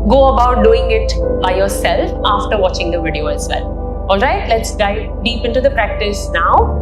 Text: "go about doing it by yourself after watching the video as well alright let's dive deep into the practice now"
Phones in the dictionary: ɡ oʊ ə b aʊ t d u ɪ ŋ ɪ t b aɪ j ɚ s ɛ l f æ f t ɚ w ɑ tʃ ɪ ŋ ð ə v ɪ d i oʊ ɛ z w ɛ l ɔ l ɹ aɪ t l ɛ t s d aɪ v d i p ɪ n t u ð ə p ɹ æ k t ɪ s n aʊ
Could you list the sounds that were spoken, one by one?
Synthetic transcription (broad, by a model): ɡ oʊ ə b aʊ t d u ɪ ŋ ɪ t b aɪ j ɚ s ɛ l f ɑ f t ɚ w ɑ tʃ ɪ ŋ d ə v ɪ d i oʊ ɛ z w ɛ l ɔ l ɹ aɪ t l ɛ t s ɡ aɪ d i p ɪ n t u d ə p ɹ æ k t ɪ s n aʊ